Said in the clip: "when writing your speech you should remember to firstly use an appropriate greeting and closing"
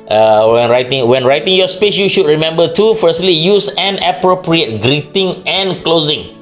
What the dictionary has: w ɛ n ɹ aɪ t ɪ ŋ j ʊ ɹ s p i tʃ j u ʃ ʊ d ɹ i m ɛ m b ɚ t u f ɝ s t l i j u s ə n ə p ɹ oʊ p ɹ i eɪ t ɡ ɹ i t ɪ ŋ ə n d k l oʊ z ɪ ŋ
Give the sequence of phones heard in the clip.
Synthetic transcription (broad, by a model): w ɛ n ɹ aɪ t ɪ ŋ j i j s p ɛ s j u ʃ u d ɹ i m ɛ m b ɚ t u f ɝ s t l i j u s ə n ə p ɹ oʊ p ɹ i eɪ t ɡ ɹ i t ɪ ŋ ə n k l oʊ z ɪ ŋ